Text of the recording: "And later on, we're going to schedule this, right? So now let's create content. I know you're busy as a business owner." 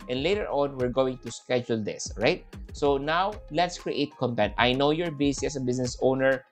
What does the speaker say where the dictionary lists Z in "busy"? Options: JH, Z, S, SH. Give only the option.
S